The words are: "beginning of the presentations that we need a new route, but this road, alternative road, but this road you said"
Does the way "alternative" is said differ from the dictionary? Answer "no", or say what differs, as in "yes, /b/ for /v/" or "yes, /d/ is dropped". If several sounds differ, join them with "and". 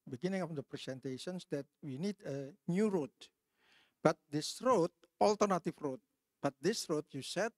yes, /f/ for /v/